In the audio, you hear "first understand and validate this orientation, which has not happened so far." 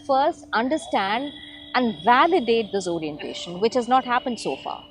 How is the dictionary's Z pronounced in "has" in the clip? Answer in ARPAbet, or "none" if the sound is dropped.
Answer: Z